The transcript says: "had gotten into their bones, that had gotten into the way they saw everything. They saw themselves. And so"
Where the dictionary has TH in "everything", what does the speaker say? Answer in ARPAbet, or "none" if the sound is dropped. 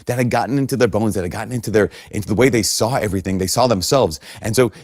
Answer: TH